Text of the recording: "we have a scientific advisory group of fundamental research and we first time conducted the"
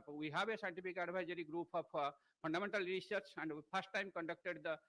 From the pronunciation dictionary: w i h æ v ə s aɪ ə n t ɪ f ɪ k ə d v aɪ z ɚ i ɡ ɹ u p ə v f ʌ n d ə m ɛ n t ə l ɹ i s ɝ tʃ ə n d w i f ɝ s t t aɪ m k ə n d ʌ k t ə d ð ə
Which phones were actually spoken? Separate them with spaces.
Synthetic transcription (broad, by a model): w i h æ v ə s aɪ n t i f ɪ k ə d b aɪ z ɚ i ɡ ɹ u p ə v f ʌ n d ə m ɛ n t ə l ɹ i s ɝ tʃ ə n d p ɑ s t t aɪ m k ə n d ʌ k t ə d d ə